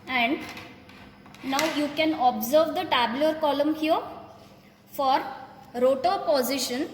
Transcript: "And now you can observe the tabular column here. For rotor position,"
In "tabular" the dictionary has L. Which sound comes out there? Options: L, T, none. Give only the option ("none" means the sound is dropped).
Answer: none